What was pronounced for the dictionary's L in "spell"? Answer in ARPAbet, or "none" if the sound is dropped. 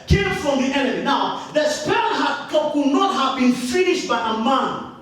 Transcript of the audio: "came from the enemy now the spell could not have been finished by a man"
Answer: N